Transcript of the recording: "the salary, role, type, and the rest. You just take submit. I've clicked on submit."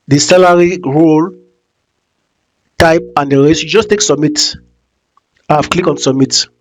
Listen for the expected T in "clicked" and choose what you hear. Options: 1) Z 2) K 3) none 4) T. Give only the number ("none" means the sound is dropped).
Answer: 3